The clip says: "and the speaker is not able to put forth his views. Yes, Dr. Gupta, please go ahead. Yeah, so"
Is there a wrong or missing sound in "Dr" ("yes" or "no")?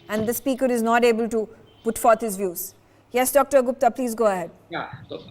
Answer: no